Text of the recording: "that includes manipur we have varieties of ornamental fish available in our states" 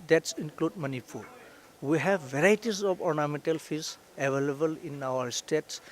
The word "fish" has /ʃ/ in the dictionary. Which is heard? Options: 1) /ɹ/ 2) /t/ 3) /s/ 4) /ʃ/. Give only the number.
3